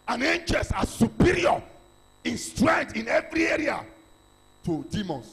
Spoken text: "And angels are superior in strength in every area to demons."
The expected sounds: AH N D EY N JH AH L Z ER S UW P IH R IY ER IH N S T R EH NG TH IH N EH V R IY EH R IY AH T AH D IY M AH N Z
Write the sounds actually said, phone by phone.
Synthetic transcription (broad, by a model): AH N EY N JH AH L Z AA S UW P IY R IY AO IH N S T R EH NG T IH N EH V R IY EH R IY AH T AH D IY M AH N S